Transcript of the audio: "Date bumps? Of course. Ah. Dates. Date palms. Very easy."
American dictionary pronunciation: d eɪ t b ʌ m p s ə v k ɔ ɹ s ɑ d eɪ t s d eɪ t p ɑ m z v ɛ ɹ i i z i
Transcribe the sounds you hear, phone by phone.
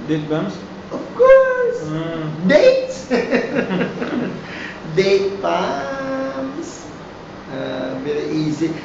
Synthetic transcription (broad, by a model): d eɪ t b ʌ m s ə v k ɔ ɹ s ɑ d eɪ t s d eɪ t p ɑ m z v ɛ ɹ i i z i